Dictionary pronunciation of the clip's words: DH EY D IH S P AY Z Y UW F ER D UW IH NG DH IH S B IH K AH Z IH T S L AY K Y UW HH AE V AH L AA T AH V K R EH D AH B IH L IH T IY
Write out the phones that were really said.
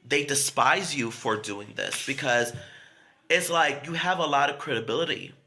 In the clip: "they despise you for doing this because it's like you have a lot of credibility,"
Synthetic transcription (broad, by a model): DH EY D IH S P AY Z Y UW F ER D UW IH NG DH IH S B IH K AH Z IH T S L AY K Y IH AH V AH L AA T AH V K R EH D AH B IH L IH T IY